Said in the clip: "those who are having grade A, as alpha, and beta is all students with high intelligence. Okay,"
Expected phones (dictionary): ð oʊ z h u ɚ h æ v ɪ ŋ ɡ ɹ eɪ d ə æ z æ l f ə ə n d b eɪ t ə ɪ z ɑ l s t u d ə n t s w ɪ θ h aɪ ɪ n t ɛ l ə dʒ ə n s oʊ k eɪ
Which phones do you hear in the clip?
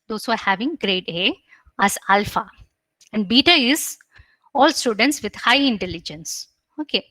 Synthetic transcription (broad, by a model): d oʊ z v ɚ h æ v ɪ ŋ ɡ ɹ eɪ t ə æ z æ l f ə ə n d b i t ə ɪ z ɑ l s t u d ə n t s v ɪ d h aɪ ɪ n t ɛ l ə dʒ ə n s oʊ k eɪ